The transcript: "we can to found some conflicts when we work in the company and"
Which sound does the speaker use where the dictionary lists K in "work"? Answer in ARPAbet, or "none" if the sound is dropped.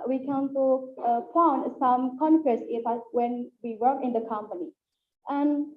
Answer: none